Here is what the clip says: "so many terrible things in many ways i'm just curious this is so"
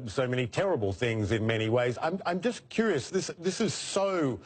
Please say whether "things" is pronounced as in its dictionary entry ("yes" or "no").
yes